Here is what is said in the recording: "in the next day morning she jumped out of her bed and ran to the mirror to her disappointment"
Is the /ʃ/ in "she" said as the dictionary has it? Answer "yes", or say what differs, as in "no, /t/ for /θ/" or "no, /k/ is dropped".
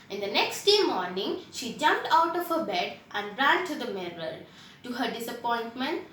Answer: yes